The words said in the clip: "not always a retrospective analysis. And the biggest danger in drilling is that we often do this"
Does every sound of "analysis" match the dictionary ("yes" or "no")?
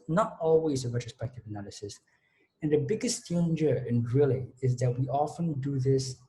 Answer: yes